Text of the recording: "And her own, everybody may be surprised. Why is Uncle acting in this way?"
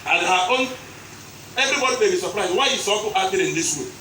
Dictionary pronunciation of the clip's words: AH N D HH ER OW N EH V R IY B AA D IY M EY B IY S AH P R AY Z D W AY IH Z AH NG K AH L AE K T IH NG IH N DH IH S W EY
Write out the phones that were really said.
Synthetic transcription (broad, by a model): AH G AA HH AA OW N EH V R IY B AA D IY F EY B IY S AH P R AY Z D W AY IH S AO K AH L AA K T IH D IH N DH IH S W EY